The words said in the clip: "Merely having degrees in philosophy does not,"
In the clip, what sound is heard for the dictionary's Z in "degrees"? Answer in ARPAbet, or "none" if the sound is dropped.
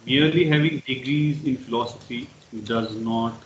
Z